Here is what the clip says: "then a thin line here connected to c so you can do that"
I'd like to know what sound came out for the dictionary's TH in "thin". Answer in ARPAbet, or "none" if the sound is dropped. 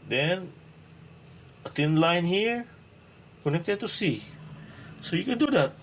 T